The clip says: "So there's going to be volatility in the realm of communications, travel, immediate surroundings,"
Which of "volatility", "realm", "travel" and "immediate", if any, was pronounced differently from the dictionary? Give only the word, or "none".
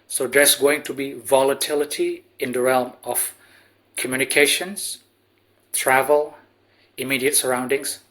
none